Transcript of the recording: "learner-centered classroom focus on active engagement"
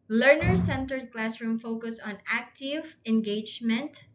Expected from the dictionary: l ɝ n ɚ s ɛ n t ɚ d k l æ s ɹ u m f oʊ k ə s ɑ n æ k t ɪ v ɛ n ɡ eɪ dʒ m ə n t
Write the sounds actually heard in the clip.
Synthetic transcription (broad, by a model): l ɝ n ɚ s ɛ n t ɚ d k l æ s ɹ u m f oʊ k ə s ɑ n æ k t ɪ v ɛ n ɡ eɪ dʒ m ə n t